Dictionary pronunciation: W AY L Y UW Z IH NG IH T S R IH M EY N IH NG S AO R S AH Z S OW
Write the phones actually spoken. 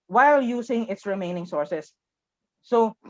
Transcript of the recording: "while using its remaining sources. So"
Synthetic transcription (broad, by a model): W AY L Y UW S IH NG IH T S R IH M EY N IH NG S AO R S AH S OW